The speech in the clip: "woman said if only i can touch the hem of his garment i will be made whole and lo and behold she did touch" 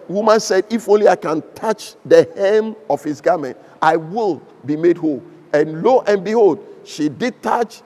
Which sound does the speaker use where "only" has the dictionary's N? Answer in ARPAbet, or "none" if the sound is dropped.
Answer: N